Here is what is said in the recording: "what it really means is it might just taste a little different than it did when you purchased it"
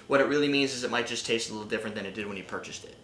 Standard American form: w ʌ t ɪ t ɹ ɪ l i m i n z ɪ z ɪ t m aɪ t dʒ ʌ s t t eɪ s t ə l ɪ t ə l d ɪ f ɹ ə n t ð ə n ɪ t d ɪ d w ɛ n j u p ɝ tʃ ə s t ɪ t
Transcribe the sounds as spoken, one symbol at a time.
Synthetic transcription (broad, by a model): w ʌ t ɪ t ɹ ɪ l i m i n z ɪ z ɪ t m aɪ t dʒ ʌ s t t eɪ s t ə l ɪ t l d ɪ f ɹ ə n ð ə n ɪ t d ɪ d w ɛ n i p ɝ tʃ ə s t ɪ t